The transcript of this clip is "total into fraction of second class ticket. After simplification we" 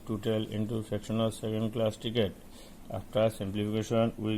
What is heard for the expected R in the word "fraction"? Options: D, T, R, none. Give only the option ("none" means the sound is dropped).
none